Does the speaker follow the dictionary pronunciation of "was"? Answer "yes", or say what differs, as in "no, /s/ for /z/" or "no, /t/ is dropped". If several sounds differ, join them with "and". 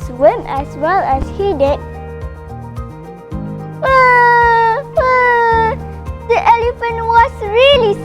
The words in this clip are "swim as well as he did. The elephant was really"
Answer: no, /s/ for /z/